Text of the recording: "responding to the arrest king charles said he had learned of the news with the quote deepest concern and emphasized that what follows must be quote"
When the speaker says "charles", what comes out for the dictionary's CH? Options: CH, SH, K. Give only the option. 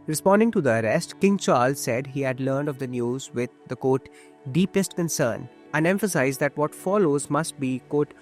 CH